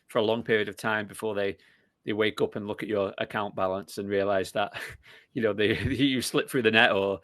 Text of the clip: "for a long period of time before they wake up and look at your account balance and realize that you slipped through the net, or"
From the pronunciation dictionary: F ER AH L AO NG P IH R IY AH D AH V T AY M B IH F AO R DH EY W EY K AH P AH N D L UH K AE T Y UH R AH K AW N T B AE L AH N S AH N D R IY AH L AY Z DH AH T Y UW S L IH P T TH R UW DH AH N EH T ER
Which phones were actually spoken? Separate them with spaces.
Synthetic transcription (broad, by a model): F ER AH L AO NG P IH R IY AH D AH V T AY M B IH F AO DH DH EY W EY K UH P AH N L UH K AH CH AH R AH K AW N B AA L AH N S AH N R IY AH L AY Z DH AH T Y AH S L IH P TH R UW DH AH N EH T ER